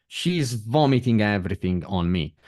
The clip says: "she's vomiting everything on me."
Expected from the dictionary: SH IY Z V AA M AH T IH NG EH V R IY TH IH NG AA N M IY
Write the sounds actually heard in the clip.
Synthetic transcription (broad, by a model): SH IY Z V AA M AH T IH NG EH V R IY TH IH NG AA N M IY